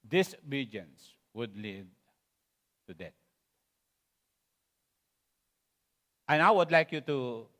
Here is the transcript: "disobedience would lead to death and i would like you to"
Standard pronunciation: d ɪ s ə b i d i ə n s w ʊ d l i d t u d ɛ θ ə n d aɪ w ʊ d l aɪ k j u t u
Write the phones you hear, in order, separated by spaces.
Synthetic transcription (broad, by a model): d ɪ s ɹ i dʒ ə n s w ʊ d l i d t u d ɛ t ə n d aɪ w ʊ d l aɪ k j u t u